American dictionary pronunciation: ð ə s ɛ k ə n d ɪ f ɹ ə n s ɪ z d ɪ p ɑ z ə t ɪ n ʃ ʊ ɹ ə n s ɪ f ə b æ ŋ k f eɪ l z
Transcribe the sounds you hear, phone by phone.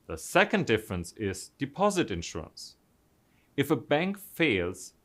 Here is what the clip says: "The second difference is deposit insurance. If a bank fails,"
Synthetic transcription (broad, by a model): ð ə s ɛ k ə n d ɪ f ɹ ə n s ɪ z d ɪ p ɑ z ə t ɪ n ʃ ʊ ɹ ə n s ɪ f ə b æ ŋ k f eɪ l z